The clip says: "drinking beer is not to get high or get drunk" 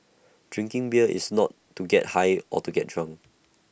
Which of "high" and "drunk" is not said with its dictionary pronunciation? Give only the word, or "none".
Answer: drunk